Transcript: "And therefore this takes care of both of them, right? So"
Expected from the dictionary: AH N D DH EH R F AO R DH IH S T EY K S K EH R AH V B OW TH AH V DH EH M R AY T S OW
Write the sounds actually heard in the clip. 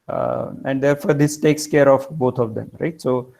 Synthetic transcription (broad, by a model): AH N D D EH R F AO R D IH S T EY K S K EH R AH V B OW T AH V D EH M R AY T S OW